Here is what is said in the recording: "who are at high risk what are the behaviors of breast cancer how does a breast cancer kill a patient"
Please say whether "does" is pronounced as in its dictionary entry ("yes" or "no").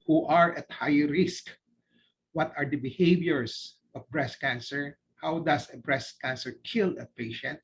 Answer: no